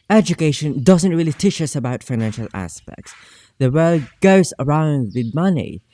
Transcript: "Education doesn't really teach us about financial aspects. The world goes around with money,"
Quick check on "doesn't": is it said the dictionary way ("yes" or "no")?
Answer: yes